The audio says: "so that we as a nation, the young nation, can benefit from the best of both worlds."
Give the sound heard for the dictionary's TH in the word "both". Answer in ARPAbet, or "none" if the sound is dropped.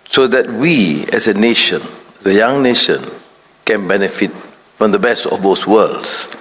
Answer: S